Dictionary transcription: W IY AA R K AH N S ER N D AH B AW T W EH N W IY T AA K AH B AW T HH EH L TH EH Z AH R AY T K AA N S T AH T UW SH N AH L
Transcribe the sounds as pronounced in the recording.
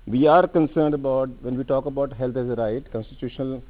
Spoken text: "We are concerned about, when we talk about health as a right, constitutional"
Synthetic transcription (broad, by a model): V IY AA R K AH N S ER N D AH B AW T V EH N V IY T AA K AH B AW T HH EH L T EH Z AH R AY T K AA N S T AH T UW SH N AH L